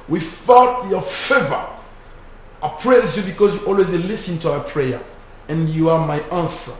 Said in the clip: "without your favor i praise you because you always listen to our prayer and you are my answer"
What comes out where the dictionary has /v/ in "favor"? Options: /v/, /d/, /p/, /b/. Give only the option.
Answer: /v/